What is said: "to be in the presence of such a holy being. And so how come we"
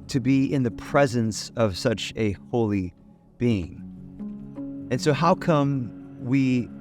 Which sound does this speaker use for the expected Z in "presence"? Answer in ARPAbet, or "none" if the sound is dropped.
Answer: Z